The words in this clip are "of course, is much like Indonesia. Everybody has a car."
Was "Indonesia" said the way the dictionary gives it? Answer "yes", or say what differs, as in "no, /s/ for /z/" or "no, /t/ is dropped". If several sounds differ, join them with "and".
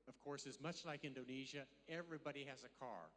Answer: yes